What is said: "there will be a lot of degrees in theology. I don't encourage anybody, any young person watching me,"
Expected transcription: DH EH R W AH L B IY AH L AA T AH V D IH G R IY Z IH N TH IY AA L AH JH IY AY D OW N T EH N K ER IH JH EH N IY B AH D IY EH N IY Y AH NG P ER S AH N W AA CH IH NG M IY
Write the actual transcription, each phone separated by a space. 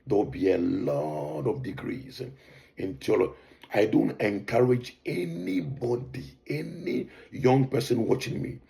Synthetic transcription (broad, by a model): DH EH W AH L B IY AH L AA T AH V D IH G R IY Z IH N T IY L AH IY D OW N T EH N K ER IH JH EH N IY B AH D IY EH N IY Y AH NG P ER S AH N W AA CH IH NG M IY